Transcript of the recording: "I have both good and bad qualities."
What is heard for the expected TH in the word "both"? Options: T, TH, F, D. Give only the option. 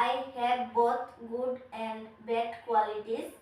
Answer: T